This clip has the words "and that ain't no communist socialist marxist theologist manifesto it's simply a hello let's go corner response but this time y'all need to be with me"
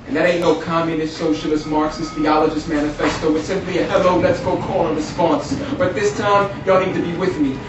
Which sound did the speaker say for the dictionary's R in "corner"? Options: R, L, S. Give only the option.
L